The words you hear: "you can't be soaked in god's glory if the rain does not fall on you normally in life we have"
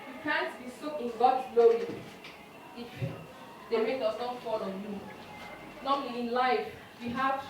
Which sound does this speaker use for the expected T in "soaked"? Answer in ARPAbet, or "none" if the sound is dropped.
none